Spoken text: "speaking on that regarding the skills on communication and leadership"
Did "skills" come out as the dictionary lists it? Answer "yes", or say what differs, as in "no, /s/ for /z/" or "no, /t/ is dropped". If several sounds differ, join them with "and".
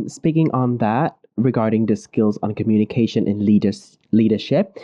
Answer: yes